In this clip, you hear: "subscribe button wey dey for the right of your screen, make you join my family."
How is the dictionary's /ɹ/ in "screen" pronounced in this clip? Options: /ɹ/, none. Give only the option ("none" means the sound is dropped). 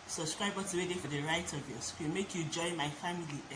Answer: none